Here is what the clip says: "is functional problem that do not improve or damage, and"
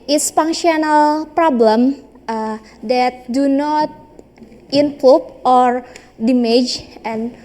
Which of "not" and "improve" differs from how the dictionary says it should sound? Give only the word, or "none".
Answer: improve